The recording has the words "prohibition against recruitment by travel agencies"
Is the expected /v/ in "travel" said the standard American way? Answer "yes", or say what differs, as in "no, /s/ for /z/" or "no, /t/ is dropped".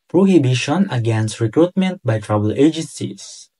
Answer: no, /b/ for /v/